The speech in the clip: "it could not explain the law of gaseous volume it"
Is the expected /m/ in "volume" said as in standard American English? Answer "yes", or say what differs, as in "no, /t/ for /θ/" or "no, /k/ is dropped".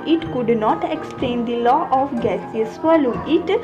no, /m/ is dropped